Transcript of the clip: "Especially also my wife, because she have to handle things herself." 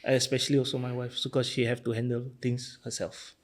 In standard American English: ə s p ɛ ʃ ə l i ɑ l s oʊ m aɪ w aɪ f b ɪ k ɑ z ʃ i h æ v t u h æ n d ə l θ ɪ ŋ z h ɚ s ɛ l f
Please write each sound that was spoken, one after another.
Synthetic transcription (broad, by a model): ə s p ɛ ʃ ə l i ɑ l s oʊ m aɪ w aɪ f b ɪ k ɑ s ʃ i h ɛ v t u h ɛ n d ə l t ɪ ŋ s h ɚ s ɛ l f